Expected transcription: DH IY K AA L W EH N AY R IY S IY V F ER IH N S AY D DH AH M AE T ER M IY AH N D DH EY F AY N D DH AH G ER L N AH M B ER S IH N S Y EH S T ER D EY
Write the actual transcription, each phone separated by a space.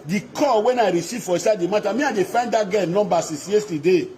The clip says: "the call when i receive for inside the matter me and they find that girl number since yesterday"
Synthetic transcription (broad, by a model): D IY K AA W EH N AY R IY S IY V F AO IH S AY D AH M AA T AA M IY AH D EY F AY N D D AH G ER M N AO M B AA S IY S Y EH S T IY D EY